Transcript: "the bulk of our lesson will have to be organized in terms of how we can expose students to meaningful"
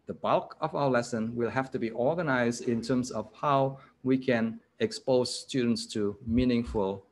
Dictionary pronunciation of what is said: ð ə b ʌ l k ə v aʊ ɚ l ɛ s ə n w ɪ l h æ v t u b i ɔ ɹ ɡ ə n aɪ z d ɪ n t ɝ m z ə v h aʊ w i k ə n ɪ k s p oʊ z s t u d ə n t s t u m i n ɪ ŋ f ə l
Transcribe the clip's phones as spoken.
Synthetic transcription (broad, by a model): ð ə b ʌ l k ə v aʊ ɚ l ɛ s ə n w ɪ l h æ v t u b i ɔ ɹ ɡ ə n aɪ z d ɪ n t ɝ m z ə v h aʊ w i k ə n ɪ k s p oʊ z s t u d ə n t s t u m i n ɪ ŋ f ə l